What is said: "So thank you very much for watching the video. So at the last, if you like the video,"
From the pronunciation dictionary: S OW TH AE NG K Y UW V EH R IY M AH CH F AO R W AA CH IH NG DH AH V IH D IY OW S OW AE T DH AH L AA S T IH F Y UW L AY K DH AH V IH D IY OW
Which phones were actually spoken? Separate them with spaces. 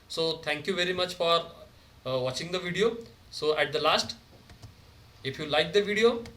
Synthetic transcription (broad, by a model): S OW T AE NG K Y UW V EH R IY M AH CH F AO R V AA CH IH NG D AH V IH D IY OW S OW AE T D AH L AA S T IH F Y UW L AY K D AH V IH D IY OW